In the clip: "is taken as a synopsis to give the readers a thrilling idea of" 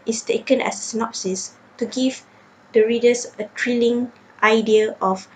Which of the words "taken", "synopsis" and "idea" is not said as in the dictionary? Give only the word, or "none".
none